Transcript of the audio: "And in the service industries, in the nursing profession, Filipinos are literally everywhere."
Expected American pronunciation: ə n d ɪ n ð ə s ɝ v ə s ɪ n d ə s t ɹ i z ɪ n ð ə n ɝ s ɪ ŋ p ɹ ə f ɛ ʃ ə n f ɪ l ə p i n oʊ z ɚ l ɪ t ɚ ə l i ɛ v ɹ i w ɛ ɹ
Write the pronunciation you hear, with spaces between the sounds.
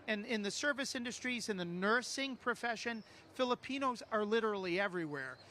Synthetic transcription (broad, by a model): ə n ɪ n ð ə s ɝ v ə s ɪ n d ə s t ɹ i z ɪ n ð ə n ɝ s ɪ ŋ p ɹ ə f ɛ ʃ ə n f ɪ l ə p i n oʊ z ɚ l ɪ t ɚ l i ɛ v ɹ i w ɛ ɹ